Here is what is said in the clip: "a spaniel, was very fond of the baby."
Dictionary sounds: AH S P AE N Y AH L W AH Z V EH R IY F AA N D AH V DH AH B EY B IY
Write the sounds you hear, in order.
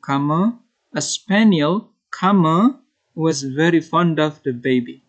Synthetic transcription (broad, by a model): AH S P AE N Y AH L W AH Z V EH R IY F AA N D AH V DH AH B EY B IY